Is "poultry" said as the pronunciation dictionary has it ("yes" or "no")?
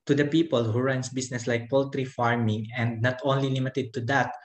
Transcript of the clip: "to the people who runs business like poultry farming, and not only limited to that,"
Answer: yes